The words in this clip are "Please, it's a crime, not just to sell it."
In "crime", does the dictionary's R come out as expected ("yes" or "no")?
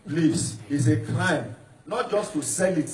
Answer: no